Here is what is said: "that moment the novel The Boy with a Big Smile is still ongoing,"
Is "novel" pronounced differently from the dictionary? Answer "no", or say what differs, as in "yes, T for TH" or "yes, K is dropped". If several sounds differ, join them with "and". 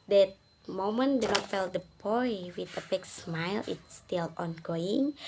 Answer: yes, F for V